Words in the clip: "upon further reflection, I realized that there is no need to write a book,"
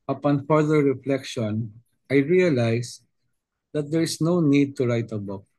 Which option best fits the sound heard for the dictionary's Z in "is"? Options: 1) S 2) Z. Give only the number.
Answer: 1